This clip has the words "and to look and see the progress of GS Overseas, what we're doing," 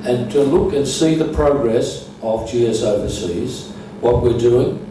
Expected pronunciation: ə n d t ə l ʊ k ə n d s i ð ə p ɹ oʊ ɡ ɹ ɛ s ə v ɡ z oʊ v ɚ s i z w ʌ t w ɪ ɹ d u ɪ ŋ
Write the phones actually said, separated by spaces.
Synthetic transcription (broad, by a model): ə n t ə l ʊ k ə n s i ð ə p ɹ oʊ ɡ ɹ ɛ s ə v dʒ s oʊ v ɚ s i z w ʌ t w ɪ ɹ d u ɪ ŋ